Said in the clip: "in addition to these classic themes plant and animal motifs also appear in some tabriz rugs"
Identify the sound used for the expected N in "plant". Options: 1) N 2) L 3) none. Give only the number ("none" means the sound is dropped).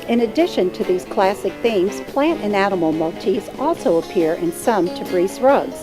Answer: 1